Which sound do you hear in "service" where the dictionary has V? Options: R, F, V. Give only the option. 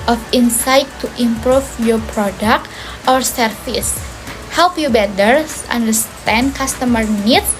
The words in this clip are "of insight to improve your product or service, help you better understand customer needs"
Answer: F